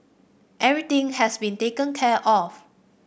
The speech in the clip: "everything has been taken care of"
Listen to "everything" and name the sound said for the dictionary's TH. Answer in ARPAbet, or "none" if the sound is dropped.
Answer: T